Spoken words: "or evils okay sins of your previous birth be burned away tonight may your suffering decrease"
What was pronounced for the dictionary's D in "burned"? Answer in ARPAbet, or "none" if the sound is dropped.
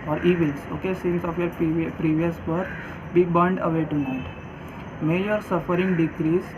D